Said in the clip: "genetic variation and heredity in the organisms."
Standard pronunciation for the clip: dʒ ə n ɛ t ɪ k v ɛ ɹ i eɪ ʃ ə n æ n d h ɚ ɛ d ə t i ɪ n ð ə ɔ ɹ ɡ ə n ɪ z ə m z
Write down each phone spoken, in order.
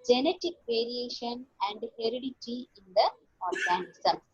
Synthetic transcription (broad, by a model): dʒ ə n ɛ t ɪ k v ɛ ɹ i eɪ ʃ ə n æ n d h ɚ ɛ d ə t i ɪ n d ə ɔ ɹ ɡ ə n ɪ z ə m